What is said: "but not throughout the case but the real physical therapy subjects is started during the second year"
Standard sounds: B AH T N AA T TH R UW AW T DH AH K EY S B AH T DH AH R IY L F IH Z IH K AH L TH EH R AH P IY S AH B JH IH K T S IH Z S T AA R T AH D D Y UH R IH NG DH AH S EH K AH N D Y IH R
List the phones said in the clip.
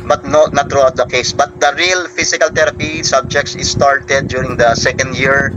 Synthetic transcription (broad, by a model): B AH T N AA T R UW AW T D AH K EY S B AH T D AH R IY L F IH S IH K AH L T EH R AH P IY S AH B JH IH K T S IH S T AA R T AH D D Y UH R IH NG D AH S EH K AH N D Y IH R